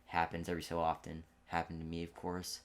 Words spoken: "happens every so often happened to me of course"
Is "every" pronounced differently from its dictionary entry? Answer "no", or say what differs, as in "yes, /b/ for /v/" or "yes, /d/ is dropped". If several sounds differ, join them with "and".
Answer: yes, /v/ is dropped